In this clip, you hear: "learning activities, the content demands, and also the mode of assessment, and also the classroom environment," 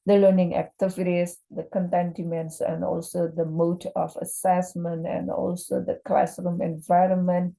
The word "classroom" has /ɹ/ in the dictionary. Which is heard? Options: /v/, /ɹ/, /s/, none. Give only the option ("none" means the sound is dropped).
/ɹ/